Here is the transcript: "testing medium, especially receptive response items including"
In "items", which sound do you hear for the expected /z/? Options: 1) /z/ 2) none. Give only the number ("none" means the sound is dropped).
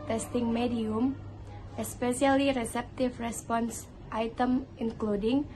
2